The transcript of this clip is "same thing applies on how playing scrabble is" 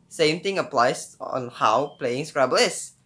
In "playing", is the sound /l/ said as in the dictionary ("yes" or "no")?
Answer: yes